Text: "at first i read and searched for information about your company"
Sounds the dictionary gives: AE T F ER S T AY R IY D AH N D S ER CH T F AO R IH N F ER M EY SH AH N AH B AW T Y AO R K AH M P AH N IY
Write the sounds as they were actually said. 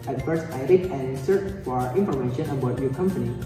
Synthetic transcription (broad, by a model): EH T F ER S AY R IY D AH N S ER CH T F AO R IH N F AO M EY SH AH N AH B AW T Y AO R K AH M P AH N IY